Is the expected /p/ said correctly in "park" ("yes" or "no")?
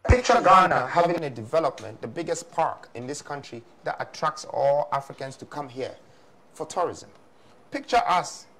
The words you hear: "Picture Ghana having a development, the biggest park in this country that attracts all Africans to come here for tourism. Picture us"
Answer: yes